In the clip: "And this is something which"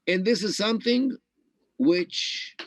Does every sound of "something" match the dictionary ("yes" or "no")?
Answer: yes